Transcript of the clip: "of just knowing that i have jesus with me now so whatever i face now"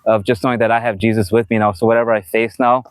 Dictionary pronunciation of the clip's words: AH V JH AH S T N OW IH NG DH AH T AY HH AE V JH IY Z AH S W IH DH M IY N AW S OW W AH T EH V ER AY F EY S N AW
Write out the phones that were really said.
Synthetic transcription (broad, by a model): AH V JH AH S T N OW IH NG DH AH T AY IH V JH IY Z AH S W IH DH M IY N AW S OW W AH T EH V ER AY F EY S N AW